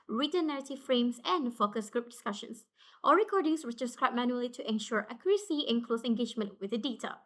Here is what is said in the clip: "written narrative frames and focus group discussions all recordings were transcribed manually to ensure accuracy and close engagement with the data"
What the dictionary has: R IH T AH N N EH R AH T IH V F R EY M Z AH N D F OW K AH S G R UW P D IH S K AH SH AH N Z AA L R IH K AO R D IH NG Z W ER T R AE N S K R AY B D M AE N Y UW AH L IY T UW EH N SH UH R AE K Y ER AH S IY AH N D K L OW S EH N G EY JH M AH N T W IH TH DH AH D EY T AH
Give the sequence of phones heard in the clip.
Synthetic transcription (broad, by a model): R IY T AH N N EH R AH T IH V F R EY M S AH N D F OW K AH S G R UW P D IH S K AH SH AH N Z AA R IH K AO R D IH NG S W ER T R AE S K R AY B M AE N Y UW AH L IY T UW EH N SH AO R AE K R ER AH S IY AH N K L OW S EH N G EY JH M AH N T W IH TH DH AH D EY T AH